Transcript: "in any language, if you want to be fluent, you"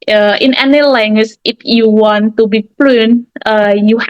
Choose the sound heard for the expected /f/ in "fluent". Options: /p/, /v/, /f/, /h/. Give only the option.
/p/